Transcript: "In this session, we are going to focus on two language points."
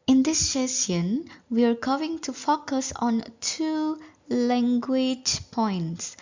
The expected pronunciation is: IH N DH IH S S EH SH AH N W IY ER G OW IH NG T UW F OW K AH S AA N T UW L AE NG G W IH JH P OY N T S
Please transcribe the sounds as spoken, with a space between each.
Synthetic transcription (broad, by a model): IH N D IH S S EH S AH N W IY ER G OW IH NG T UW F OW K AH S AA N T UW L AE NG G W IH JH P OY N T S